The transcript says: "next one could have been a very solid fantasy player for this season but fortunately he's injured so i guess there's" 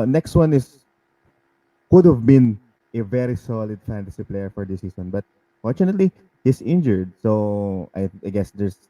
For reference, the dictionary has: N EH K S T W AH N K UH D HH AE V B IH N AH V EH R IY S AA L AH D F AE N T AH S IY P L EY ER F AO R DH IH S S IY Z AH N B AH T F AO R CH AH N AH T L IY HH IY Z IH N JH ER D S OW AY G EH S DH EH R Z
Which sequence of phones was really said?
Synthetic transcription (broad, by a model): N EH K S T W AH N K UH D HH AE V B IH N AH V EH R IY S AA L AH D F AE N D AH S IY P L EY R F AO R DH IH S S IY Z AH N B AH T F AO R CH AH N AH T L IY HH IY S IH N JH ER D S OW AY G EH S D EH R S